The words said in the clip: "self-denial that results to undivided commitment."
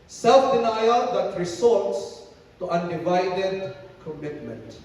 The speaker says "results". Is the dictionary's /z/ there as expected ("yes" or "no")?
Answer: no